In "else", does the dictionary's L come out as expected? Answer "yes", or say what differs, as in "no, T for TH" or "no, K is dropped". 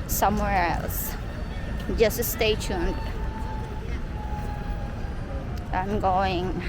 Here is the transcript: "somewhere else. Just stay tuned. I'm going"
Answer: yes